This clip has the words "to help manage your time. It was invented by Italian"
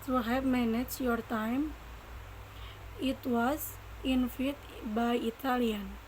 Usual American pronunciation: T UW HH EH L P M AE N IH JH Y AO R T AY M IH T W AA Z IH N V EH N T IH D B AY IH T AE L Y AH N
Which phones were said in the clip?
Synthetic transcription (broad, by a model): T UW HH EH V M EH N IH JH Y AO R T AY M IH T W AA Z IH N F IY T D B AY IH T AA L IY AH N